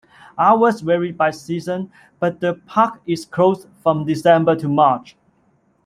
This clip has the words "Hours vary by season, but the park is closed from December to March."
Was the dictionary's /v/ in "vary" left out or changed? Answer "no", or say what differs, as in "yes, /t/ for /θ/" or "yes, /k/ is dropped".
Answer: yes, /w/ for /v/